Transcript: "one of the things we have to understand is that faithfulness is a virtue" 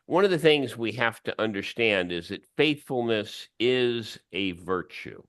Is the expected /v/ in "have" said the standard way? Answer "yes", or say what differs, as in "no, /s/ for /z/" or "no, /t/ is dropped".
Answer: no, /f/ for /v/